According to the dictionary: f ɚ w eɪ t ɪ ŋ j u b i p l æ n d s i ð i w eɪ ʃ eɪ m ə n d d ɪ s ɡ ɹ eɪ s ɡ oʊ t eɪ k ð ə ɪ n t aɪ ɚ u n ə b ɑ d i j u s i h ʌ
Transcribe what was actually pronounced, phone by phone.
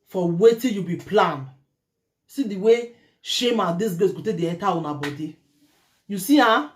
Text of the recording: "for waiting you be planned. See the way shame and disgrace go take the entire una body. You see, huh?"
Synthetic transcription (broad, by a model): f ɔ w eɪ t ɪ j u b i p l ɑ n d s i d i w eɪ ʃ eɪ m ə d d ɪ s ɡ eɪ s ɡ oʊ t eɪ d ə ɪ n t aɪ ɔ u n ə b ɑ d i j u s i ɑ